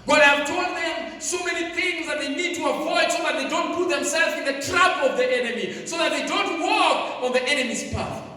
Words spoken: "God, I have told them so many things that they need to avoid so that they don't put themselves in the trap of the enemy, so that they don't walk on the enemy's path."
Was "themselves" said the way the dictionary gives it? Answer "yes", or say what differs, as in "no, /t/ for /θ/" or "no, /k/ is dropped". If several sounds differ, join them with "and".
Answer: yes